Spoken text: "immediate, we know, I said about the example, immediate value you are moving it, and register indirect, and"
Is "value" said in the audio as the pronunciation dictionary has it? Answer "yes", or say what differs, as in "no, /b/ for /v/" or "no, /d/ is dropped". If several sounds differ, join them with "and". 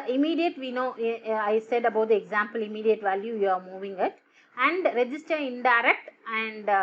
yes